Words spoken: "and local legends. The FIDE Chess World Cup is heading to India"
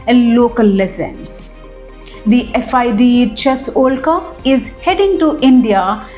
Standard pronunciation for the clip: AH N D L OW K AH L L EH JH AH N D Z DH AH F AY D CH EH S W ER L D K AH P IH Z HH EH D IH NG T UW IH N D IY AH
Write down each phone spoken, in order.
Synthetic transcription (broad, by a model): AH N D L OW K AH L L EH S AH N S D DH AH F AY D CH EH S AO L K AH IH Z HH EH D IH NG T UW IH N D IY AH